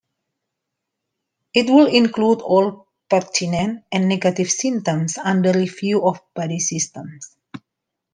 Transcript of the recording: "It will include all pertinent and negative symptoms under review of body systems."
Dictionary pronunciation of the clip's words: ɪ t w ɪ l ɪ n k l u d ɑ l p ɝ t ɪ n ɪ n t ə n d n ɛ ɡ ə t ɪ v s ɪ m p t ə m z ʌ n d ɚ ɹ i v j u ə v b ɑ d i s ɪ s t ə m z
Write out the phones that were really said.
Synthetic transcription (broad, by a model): ɪ t w ɪ l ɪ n k l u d ɑ l p ɝ t ɪ n ɪ n t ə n n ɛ ɡ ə t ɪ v s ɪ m t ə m s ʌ n d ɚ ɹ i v j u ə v b ɑ d i s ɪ s t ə m s